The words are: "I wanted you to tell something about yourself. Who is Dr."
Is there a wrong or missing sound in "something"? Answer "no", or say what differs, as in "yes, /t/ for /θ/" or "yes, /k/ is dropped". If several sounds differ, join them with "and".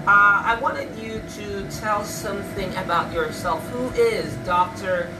no